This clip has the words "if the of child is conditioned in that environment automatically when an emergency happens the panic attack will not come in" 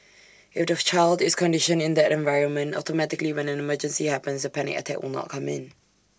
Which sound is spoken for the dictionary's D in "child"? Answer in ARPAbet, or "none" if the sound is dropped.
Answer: D